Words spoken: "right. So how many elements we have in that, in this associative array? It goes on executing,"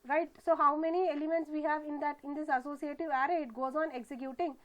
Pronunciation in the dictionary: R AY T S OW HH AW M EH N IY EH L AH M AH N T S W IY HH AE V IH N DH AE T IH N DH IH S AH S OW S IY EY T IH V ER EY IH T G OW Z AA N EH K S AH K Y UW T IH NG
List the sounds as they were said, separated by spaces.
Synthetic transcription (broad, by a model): R AY T S OW HH AW M EH N IY EH L AH M AH N T S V IY HH AE V IH N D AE T IH N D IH S AH S OW S IY EY T IH V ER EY IH T G OW Z AA N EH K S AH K Y UW T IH NG